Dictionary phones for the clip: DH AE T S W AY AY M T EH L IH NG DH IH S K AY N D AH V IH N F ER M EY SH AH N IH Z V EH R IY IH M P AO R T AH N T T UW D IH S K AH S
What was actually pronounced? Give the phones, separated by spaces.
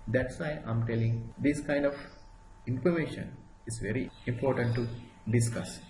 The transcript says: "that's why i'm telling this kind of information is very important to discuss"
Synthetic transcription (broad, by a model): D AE T S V AY AY M T EH L IH NG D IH S K AY N D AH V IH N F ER M EY SH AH N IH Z V EH R IY IH M P AO R T AH N T T UW D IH S K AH S